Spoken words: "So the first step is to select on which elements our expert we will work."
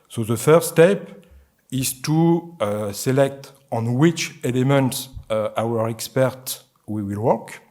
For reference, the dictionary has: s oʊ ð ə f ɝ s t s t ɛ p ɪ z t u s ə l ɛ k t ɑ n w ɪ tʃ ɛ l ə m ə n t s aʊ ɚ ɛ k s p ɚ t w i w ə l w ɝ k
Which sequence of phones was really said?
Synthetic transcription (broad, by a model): s oʊ ð ə f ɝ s s t ɛ p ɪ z t u s ə l ɛ k t ɑ n w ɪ tʃ ɛ l ə m ə n t s aʊ ɚ ɛ k s p ɚ t w i w ə l w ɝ k